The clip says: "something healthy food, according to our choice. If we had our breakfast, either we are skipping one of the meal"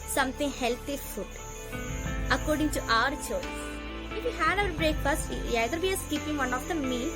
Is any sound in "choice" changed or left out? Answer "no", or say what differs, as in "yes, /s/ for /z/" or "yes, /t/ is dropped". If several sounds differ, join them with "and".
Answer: yes, /s/ is dropped